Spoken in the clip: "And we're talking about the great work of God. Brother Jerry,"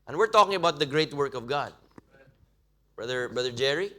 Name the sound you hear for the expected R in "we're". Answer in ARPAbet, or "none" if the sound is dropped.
R